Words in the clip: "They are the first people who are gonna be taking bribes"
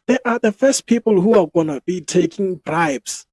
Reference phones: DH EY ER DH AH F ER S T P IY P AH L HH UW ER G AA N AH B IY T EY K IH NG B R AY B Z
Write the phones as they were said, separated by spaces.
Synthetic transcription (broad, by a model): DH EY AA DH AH F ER S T P IY P AH L HH UW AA G AA N AH B IY T EY K IH NG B R AY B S